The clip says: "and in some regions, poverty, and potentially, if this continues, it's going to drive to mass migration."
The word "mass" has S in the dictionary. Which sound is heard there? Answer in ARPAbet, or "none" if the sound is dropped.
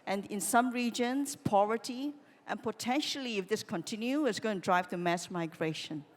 S